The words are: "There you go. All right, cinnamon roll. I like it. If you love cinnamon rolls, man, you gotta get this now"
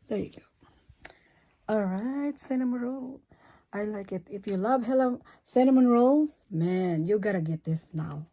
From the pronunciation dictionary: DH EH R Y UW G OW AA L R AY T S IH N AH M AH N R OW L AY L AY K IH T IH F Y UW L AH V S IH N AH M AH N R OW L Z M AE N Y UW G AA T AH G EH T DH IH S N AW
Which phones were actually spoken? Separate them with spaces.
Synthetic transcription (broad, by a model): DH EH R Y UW G OW AA L R AY T S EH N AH M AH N R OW L AY L AY K IH T IH F Y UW L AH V S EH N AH M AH N R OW L M AE N Y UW G AA T AH G EH T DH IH S N AW